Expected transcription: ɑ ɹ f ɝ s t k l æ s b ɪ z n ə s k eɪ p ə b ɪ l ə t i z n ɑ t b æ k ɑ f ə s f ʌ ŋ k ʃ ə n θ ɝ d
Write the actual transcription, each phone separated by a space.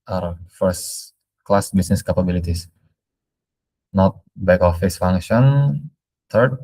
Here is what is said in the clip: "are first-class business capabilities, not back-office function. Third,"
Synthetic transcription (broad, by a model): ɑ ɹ f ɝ s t k l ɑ s b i s n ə s k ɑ p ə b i l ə t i s n ɑ t b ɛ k ɑ f ə s f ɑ ŋ k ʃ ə n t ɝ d